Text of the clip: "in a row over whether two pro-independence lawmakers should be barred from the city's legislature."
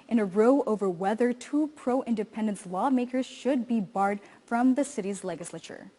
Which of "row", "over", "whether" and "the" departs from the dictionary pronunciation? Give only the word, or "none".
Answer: none